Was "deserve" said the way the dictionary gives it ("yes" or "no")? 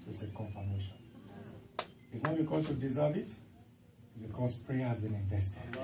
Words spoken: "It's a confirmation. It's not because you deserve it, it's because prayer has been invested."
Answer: no